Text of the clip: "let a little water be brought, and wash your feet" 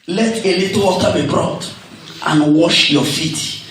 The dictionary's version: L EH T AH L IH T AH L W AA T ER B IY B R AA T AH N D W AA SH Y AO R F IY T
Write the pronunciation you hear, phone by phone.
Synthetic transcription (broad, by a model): L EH T AH L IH T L W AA T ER B IY B R AA T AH N W AA SH Y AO F IY T